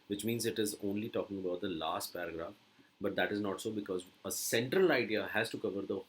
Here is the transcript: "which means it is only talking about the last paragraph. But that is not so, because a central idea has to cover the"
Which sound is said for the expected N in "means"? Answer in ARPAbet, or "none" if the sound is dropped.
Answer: N